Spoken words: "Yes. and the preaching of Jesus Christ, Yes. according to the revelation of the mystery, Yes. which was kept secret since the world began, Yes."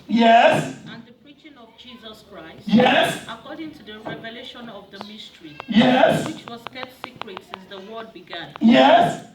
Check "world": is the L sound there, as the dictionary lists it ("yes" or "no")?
no